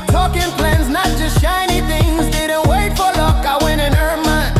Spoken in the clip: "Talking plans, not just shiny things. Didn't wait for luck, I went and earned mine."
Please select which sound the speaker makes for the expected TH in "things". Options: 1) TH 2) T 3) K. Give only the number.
1